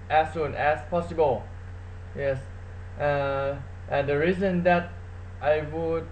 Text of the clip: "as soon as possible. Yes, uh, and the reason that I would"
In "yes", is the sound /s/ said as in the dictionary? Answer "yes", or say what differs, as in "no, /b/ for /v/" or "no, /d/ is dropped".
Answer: yes